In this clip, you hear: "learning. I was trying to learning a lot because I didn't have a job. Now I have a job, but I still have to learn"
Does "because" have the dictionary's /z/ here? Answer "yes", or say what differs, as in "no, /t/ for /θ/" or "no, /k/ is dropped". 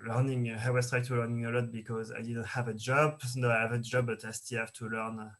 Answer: yes